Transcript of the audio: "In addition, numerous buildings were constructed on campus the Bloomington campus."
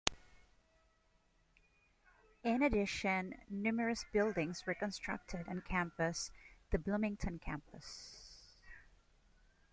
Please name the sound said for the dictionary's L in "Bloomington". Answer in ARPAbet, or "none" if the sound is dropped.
L